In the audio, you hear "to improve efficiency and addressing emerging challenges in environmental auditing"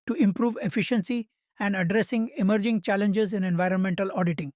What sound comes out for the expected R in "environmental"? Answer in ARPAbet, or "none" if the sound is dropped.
R